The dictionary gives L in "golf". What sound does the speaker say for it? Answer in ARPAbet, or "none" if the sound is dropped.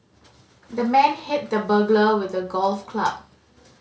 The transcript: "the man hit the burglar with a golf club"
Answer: L